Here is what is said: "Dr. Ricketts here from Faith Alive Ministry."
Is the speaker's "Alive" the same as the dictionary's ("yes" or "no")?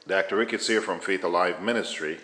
yes